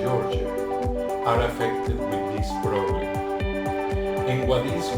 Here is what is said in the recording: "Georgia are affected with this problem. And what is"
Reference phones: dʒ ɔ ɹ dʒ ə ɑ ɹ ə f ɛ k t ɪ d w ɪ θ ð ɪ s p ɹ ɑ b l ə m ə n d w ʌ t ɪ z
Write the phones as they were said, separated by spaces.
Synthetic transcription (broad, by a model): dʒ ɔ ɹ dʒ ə ɑ ɹ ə f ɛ k t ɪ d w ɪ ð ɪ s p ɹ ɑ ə ə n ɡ w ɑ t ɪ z